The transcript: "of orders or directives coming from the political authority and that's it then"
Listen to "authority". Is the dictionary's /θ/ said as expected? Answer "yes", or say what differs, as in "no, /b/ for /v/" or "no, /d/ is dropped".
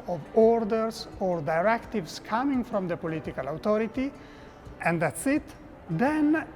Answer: no, /t/ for /θ/